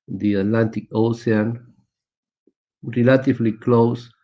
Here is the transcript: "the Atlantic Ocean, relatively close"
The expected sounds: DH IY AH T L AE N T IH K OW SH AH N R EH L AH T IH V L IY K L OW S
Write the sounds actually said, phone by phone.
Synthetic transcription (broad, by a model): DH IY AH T L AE N T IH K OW S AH N R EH L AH T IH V L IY K L OW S